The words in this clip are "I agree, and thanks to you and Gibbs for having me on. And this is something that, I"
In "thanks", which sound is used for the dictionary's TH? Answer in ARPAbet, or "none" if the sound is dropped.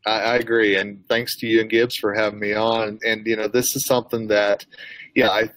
TH